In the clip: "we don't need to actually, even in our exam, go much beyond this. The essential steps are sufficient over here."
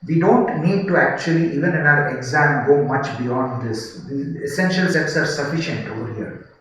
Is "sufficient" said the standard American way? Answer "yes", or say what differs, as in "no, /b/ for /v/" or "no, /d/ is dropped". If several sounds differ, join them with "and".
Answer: yes